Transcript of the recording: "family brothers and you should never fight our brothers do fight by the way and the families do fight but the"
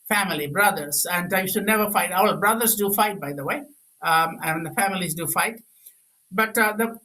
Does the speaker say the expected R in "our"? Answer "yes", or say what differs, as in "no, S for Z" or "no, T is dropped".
no, L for R